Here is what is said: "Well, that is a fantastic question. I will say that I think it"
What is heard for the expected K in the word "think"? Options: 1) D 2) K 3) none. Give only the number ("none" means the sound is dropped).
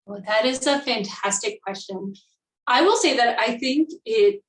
2